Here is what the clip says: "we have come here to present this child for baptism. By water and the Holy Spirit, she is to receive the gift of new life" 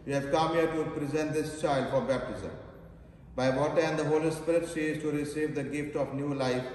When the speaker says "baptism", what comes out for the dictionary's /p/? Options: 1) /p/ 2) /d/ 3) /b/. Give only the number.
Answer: 1